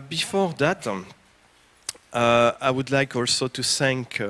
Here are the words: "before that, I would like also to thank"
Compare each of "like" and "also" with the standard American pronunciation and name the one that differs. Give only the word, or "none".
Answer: none